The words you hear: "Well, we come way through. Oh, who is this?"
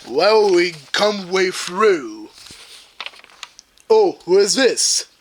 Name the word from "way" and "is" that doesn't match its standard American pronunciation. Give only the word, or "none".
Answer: none